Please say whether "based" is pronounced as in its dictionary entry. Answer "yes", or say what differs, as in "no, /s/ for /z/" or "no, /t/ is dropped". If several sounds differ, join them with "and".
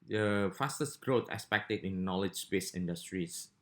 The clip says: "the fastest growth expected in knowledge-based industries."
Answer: no, /t/ is dropped